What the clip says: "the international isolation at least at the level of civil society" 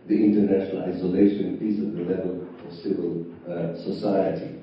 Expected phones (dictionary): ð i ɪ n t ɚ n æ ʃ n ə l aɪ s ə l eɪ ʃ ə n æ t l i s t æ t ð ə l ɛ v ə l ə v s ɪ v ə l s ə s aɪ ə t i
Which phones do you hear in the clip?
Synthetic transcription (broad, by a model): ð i ɪ n t ɚ n æ ʃ n ə l aɪ s ə l eɪ ʃ ə n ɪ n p i s ʌ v ð ə l ɛ v ə l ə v s ɪ v ə l s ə s aɪ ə t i